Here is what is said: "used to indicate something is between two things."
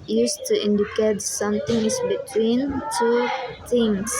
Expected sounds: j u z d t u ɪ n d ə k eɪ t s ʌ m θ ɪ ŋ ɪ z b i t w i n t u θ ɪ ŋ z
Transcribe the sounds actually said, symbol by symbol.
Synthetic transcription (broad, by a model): j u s t u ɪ n d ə k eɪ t s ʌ m t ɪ ŋ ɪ s b i t w i n t u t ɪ ŋ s